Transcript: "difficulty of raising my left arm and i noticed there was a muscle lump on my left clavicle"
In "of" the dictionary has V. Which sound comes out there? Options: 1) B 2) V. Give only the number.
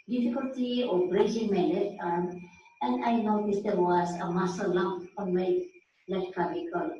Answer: 1